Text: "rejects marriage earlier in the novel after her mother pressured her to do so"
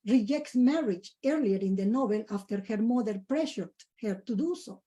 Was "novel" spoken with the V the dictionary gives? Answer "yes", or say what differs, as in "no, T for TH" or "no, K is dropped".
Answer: no, B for V